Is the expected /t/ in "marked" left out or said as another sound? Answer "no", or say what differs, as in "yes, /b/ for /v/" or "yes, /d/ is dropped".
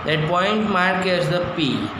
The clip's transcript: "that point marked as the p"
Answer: yes, /t/ is dropped